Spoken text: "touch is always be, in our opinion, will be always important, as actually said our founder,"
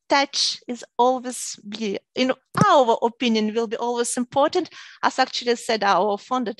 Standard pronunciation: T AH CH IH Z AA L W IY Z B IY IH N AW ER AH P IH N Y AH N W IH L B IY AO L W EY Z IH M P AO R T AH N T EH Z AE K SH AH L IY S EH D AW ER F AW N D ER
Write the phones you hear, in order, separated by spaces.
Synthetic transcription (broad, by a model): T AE CH IH Z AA L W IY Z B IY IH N AW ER AH P IH N Y AH N W IH L B IY AO L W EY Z IH M P AO R T AH N T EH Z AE K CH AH L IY S EH D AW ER F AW N D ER